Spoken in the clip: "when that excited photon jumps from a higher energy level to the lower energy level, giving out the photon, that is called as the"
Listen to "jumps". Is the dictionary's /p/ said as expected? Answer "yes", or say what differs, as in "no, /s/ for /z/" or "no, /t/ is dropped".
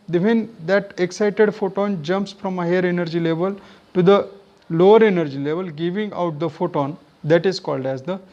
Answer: yes